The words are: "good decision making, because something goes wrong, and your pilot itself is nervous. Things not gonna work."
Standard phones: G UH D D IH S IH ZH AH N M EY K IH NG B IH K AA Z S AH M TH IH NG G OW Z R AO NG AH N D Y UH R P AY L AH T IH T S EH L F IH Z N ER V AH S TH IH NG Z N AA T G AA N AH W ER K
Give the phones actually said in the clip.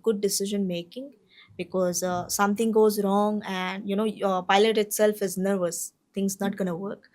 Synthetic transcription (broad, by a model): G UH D D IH S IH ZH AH N M EY K IH NG B IH K AA Z S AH M T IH NG G OW Z R AO NG AH N D Y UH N P AY L AH T IH T S EH L F IH Z N ER V AH S T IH NG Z N AA T G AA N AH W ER K